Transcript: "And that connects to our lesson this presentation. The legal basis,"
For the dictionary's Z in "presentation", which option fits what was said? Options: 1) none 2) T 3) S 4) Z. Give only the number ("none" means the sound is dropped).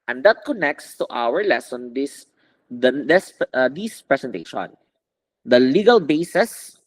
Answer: 3